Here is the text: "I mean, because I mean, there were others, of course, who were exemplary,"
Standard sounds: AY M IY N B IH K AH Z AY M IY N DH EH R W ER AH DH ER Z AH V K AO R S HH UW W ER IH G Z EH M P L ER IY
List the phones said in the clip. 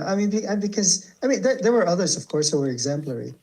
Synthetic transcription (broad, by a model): AY M IY N B IH K AH Z AY M IY N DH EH R W ER AH DH ER Z AH V K AO R S HH UW W ER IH G Z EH M P L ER IY